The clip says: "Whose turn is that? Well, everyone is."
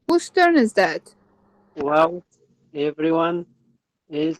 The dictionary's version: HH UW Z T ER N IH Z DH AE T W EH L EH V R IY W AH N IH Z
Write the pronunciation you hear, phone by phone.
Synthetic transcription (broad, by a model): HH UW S T ER N IH Z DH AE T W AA W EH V R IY W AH N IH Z